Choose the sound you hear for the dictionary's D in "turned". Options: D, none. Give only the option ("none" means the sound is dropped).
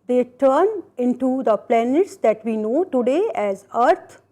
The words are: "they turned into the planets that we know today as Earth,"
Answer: none